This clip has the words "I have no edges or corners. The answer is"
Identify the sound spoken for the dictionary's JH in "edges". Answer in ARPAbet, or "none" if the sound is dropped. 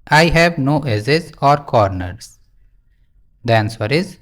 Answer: Z